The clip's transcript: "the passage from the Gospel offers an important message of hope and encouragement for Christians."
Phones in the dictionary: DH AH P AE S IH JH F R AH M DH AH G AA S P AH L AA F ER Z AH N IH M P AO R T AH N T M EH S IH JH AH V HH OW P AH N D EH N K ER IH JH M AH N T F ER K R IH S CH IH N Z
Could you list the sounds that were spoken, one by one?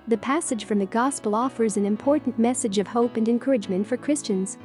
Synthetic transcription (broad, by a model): DH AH P AE S IH JH F R AH M DH AH G AA S P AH L AA F ER Z AH N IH M P AO R T N M EH S IH JH AH V HH OW P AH N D EH N K ER IH JH M AH N T F ER K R IH S CH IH N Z